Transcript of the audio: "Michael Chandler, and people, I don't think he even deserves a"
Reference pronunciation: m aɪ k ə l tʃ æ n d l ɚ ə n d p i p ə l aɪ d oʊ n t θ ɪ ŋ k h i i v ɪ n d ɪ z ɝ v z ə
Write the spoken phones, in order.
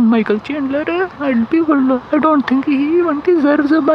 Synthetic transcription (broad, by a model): m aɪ k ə l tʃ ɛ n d l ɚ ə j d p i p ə l aɪ d oʊ n t t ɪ ŋ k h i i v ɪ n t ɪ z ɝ z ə